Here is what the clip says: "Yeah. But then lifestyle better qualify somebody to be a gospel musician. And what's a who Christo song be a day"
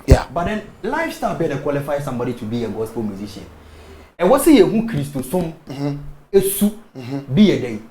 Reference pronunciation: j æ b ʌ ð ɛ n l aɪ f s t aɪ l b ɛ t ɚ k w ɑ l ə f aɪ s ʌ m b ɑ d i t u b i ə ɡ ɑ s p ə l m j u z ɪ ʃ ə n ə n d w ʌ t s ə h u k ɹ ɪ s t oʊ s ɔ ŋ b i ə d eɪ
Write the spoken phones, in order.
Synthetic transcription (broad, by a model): j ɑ b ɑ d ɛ n l aɪ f s t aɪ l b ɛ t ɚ k w ɑ l ə f aɪ s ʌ m b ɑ d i t u b i ə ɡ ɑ s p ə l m j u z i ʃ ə ə n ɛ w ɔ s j ə h u k ɹ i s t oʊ s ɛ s b i ə d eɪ